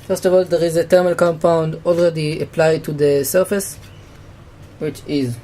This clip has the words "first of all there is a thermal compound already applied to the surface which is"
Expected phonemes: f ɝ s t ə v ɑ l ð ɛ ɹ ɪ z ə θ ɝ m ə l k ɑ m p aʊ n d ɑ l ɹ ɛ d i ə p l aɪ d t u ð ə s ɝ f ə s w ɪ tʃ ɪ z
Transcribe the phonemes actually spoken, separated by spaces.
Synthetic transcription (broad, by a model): f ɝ s t ə v ɑ l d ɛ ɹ ɪ z ə t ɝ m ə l k ɑ m p aʊ n d ɑ l ɹ ɛ d i ə p l aɪ d t u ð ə s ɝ f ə s w ɪ tʃ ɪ z